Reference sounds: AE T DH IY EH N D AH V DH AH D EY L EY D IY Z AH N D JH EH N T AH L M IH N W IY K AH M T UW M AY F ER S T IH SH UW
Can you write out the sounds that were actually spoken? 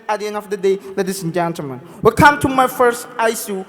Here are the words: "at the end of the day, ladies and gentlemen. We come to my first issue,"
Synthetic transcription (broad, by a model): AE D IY EH N D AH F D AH D EY L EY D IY S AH N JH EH N T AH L M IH N W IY K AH M T UW M AY F ER S T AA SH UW